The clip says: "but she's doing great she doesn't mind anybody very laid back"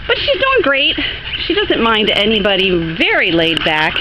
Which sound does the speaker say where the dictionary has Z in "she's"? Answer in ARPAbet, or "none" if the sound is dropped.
Z